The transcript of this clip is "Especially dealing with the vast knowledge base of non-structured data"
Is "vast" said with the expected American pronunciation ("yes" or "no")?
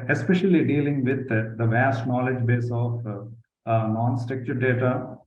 yes